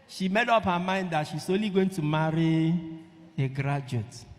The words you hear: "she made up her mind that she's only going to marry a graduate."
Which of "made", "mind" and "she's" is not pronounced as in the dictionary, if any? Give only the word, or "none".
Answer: she's